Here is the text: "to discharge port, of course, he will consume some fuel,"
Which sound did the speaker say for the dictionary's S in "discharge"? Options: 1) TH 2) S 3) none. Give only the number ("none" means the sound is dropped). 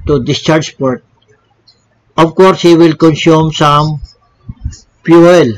2